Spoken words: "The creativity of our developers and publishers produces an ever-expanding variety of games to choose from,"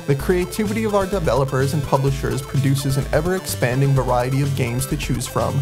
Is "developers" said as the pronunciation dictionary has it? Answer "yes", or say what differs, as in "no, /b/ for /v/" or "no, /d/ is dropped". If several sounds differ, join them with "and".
yes